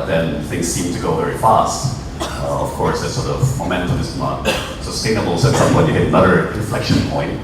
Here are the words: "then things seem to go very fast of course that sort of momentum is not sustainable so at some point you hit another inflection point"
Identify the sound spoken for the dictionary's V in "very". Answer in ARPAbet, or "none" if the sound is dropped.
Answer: V